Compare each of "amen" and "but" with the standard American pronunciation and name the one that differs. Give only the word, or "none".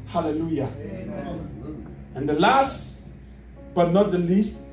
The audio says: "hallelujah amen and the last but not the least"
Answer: amen